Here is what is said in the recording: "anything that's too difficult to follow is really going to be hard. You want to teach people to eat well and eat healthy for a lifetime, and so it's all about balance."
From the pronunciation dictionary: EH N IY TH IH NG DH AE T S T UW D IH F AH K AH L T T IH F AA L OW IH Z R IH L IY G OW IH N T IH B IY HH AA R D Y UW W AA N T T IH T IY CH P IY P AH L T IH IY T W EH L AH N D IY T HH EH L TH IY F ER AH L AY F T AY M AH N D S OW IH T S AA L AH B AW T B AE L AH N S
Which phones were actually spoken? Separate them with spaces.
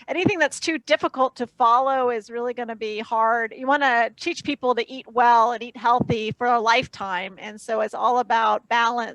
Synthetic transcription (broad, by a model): EH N IY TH IH NG DH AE T S T UW D IH F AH K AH L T T IH F AA L OW IH Z R IH L IY G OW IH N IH B IY HH AA R D Y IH W AA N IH T IY CH P IY P L T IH IY T W EH L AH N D IY T HH EH L TH IY F ER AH L AY F T AY M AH N S OW IH T S AA L AH B AW T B AE L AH N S